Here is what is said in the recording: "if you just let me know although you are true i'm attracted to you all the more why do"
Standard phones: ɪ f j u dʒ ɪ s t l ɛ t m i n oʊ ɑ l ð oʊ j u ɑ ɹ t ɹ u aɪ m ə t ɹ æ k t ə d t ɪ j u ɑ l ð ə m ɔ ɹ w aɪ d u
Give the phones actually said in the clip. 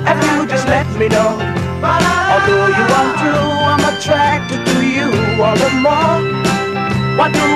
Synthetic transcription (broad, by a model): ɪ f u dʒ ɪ l ɛ t m i n oʊ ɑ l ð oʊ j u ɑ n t u aɪ m ə t ɹ æ k t ə d t ɪ j u ɑ l ð ə m ɔ ɹ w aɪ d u